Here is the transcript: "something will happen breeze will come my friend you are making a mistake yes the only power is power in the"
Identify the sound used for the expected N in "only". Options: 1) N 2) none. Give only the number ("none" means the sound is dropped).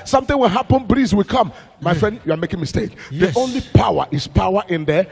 1